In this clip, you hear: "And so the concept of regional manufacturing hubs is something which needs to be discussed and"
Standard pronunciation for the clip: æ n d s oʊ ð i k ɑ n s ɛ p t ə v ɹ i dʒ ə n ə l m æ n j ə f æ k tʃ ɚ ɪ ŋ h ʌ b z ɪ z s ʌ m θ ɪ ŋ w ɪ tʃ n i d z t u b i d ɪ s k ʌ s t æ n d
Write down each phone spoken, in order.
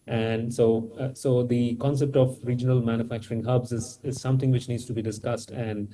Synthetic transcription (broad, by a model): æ n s s oʊ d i k ɑ n s ɛ p t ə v ɹ i dʒ ə n ə l m æ n j ə f æ k tʃ ɚ ɪ ŋ h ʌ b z ɪ z s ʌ m t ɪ ŋ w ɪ tʃ n i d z t u b i d ɪ s k ʌ s t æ n d